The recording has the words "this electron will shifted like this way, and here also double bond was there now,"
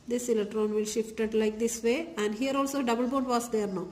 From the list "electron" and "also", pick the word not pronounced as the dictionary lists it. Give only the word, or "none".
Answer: electron